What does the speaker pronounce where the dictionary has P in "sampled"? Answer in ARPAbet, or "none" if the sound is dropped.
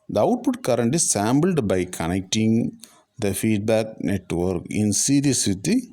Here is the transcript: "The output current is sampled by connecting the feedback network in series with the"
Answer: B